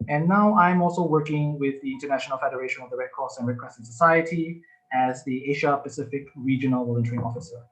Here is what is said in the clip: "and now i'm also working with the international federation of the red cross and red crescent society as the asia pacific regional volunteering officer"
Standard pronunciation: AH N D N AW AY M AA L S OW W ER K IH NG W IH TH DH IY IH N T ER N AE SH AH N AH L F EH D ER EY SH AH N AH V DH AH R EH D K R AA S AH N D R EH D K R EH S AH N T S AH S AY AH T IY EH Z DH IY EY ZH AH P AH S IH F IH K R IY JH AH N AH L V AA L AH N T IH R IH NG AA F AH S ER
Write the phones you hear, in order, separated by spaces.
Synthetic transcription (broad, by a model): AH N N AW AY M AA L S OW W ER K IH NG W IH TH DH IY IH N T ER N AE SH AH N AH L F EH D ER EY SH AH N AH V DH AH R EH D K AA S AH N R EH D K W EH S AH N S AH S AY AH T IY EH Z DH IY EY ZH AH P AH S IH F IH K R IY JH AH N AH L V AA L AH N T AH R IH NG AA F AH S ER